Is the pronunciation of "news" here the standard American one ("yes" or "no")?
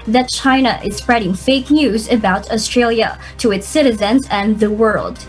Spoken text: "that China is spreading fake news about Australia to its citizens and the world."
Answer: yes